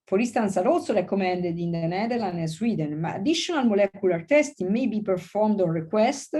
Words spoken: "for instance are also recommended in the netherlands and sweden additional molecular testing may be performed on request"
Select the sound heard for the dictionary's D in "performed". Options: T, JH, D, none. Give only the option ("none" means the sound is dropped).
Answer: D